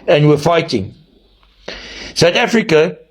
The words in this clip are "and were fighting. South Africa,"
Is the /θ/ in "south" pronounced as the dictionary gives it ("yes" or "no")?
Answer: no